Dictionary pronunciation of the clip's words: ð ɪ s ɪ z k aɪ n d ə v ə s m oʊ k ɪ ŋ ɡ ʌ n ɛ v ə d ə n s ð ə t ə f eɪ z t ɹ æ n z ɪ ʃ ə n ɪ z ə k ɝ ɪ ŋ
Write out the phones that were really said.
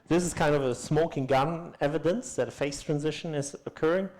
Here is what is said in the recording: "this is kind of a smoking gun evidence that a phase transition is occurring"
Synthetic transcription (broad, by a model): ð ɪ s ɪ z k aɪ n d ə v ə s m oʊ k ɪ ŋ ɡ ʌ n ɛ v ə d ə n s ð ə t ə f eɪ s t ɹ æ n z ɪ ʃ ə n ɪ z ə k ɝ ɪ ŋ